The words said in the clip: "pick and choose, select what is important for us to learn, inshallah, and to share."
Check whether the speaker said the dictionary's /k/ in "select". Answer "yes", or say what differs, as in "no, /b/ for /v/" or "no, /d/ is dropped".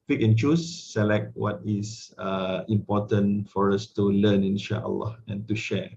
yes